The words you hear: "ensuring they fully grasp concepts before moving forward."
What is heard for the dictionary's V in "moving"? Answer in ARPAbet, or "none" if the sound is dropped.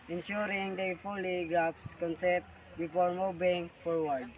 B